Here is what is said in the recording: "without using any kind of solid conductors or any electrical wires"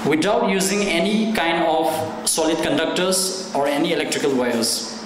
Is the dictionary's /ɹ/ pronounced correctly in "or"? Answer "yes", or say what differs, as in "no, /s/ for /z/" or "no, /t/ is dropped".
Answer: yes